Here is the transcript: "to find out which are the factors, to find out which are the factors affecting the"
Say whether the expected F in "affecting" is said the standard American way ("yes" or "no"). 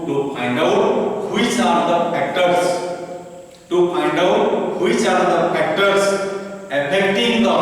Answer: no